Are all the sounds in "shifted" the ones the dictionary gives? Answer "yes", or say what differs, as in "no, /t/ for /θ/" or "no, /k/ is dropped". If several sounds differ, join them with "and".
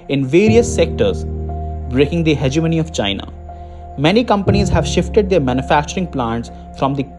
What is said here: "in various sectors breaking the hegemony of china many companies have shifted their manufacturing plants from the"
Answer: yes